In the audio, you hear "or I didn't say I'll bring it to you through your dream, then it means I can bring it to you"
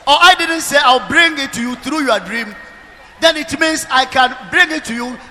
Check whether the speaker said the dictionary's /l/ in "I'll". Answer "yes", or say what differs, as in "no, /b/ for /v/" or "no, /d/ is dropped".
no, /w/ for /l/